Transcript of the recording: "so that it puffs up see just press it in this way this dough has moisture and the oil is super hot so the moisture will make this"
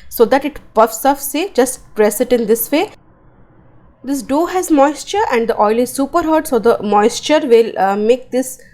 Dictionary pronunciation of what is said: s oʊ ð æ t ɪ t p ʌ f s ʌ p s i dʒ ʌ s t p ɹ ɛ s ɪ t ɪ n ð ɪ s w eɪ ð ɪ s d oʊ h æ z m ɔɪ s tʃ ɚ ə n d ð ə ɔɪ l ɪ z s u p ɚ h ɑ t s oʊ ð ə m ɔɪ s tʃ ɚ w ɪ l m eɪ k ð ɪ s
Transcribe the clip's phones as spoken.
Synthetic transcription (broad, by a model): s oʊ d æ t ɪ t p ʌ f s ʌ f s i dʒ ʌ s t p ɹ ɛ s ɪ t ɪ n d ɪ s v eɪ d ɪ s d oʊ h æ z m ɔɪ s tʃ ɚ ə n d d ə ɔɪ l ɪ z s u p ɚ h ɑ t s oʊ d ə m ɔɪ s tʃ ɚ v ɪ l m eɪ k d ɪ s